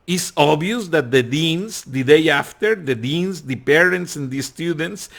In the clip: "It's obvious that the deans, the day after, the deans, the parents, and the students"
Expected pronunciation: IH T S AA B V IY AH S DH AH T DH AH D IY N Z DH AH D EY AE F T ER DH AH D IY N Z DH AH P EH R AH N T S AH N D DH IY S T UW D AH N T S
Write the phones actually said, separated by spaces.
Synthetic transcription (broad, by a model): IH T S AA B IY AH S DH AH T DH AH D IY N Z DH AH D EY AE F T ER DH AH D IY N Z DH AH P EH R AH N T S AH N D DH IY S T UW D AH N T S